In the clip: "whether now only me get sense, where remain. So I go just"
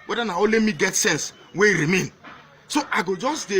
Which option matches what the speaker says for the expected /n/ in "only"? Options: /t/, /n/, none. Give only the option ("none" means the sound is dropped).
none